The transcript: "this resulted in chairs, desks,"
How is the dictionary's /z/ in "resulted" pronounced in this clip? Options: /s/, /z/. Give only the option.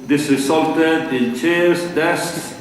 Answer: /s/